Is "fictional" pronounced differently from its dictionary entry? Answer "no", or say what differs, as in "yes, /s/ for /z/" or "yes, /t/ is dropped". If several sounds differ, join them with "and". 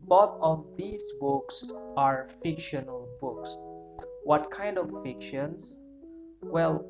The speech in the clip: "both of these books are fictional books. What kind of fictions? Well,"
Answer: no